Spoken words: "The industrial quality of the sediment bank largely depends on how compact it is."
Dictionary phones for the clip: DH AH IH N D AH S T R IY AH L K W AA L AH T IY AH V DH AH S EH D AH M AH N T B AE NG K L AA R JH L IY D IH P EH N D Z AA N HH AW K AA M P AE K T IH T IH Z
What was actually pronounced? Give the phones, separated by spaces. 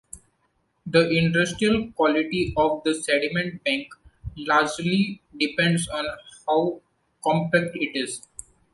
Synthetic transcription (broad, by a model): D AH IH N D AH S T R IY AH L K W AA L AH T IY AH V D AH S EH D AH M AH N T B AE NG K L AA R JH L IY D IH P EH N D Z AA N HH AW K AA M P AE K T IH T IH Z